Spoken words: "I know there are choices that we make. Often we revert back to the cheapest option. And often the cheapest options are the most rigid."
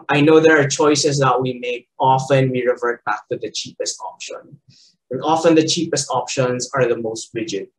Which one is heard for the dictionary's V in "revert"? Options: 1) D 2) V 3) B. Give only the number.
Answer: 2